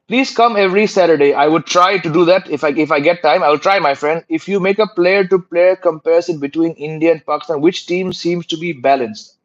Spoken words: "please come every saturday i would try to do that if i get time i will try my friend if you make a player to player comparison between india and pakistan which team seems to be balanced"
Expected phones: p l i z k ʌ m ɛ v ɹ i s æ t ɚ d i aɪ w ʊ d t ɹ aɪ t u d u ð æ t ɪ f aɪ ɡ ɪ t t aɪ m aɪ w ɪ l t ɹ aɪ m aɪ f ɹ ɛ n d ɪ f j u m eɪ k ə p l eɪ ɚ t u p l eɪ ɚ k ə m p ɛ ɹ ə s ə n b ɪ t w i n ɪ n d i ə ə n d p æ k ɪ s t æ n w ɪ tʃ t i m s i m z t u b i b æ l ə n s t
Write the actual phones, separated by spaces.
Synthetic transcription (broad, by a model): p l i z k ʌ m ɛ v ɹ i s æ t ɚ d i aɪ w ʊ d t ɹ aɪ t u d u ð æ t ɪ f aɪ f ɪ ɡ t aɪ m aɪ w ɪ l t ɹ aɪ m aɪ f ɹ ɛ n d ɪ f j u m eɪ k ə p l eɪ ɚ t u p l eɪ ɚ k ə m p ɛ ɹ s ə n b ɪ t w i n ɪ n d i ə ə n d p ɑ k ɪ s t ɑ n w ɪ tʃ t i m s i m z t u b i b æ l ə n s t